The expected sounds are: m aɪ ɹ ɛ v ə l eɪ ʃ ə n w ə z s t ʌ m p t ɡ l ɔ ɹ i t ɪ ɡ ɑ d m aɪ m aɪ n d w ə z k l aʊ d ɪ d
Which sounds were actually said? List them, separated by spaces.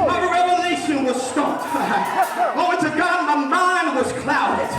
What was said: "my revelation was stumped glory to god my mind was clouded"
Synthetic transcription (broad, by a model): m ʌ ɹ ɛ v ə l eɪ ʃ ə n w ə z s t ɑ p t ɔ i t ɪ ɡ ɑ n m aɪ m aɪ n w ə z k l aʊ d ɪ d